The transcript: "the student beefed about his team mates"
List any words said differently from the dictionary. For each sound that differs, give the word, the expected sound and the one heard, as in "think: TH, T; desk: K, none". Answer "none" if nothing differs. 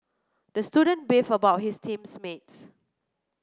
beefed: T, none; his: Z, S